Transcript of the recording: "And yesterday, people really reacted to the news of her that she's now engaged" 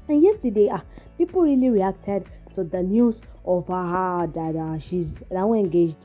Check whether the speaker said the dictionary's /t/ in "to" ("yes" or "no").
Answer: no